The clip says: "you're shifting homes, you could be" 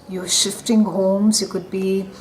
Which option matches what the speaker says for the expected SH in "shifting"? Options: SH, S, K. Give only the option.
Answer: SH